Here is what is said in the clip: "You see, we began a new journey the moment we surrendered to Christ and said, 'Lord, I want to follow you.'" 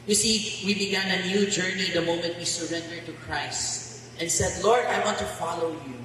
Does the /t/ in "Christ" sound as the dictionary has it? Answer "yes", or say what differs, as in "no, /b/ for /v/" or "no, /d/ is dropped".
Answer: yes